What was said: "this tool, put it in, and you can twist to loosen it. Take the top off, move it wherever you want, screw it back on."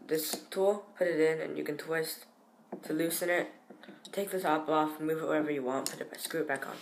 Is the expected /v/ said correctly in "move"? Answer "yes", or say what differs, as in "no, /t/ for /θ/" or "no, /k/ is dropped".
yes